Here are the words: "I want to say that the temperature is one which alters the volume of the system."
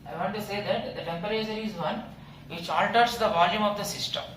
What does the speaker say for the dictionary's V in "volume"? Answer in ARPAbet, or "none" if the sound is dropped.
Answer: V